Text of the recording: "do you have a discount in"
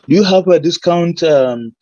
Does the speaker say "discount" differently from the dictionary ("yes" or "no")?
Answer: no